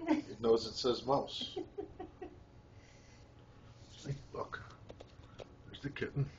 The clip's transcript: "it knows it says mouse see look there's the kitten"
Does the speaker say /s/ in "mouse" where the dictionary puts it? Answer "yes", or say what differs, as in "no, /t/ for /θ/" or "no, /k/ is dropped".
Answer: yes